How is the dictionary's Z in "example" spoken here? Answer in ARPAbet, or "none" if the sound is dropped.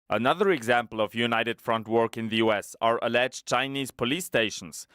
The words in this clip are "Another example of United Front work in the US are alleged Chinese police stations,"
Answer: Z